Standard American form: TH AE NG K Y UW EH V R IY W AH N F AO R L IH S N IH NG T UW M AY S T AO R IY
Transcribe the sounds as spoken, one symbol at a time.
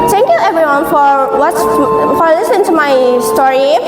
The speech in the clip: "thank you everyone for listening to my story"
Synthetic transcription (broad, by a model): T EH NG K Y UW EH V R IY W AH N F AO W L IH S N IH NG T UW M AY S T AO R IY